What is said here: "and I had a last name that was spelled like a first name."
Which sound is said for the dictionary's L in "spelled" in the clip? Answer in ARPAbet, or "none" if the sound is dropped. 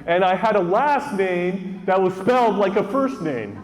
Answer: L